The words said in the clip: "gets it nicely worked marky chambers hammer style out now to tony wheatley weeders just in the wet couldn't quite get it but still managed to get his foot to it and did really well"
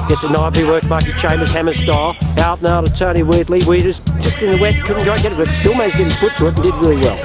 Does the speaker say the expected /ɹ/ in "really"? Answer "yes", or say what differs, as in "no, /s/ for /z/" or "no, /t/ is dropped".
yes